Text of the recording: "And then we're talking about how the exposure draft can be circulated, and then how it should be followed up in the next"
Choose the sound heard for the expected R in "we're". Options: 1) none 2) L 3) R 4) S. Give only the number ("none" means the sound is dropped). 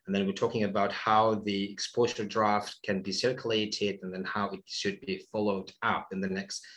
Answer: 3